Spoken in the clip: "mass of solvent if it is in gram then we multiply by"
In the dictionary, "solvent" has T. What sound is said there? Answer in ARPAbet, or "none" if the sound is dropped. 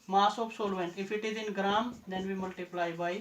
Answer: none